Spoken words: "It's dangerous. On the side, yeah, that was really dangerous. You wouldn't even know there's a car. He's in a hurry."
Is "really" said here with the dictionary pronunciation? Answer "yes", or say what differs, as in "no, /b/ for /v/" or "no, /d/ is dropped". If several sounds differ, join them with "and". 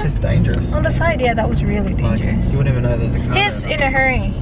yes